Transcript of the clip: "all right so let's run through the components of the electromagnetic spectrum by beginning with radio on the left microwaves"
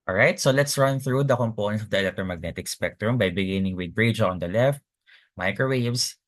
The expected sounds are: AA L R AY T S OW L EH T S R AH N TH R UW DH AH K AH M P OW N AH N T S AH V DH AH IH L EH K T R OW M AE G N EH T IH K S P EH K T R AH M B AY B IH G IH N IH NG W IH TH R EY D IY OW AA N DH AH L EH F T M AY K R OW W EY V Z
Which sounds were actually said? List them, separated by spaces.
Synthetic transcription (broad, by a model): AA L R AY T S OW L EH T S R AH N TH R UW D AH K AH M P OW N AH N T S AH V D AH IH L EH K T R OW M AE G N EH T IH K S P EH K T R AH M B AY B IH G IH N IH NG W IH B R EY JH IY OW AA N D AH L EH F T M AY K R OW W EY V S